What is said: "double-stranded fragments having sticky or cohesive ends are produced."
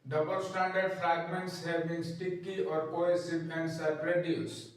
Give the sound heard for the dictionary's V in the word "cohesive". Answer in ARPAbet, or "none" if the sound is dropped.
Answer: P